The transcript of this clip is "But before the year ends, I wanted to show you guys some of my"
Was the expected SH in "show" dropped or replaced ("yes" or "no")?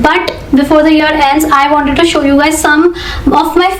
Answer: no